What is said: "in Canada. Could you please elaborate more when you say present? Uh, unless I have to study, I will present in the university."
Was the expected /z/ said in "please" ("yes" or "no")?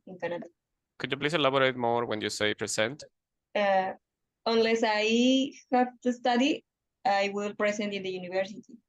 no